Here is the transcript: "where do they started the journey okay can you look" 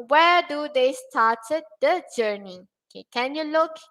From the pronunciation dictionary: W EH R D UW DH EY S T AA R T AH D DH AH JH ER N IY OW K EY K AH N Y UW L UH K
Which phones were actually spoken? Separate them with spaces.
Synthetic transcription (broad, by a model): W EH D UW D EY S T AA T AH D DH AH JH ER N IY OW K EY K AH N Y UW L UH K